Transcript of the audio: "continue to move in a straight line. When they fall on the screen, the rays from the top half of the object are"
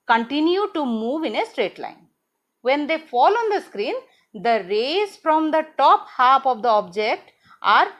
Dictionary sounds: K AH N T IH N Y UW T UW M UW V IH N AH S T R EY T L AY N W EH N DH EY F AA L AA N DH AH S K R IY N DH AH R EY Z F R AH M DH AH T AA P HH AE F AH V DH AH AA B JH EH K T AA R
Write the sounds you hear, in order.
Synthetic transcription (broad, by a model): K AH N T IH N Y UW T UW M UW V IH N AH S T R EY T L AY N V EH N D EY F AA L AA N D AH S K R IY N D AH R EY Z F R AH M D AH T AA P HH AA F AH V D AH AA B JH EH K T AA R